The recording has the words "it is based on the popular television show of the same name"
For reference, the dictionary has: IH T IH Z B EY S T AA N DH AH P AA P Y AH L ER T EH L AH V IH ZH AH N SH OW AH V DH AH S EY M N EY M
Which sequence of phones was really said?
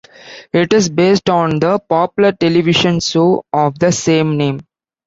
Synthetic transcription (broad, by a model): IH T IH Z B EY S T AA N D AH P AA P Y AH L ER T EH L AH V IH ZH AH N S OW AH V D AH S EY M N EY M